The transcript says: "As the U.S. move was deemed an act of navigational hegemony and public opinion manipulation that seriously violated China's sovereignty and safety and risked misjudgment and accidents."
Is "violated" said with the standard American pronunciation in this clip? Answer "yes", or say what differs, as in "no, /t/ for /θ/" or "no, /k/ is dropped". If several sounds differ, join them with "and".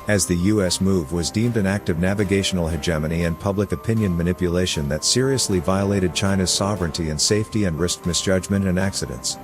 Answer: yes